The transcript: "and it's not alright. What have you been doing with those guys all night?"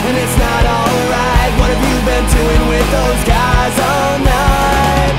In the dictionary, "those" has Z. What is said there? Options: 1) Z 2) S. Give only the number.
1